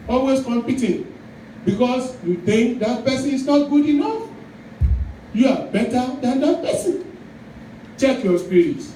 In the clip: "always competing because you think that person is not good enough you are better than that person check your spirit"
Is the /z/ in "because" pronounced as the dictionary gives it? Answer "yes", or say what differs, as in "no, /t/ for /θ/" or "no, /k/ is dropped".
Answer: no, /s/ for /z/